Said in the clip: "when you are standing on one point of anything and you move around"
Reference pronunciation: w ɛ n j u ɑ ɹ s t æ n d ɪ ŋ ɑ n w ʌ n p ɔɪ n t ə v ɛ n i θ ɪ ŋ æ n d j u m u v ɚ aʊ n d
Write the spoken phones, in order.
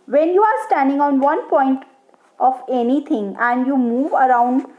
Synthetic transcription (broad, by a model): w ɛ n j u ɑ ɹ s t æ n d ɪ ŋ ɑ n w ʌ n p ɔɪ n t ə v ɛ n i t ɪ ŋ æ n d j u m u v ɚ aʊ n d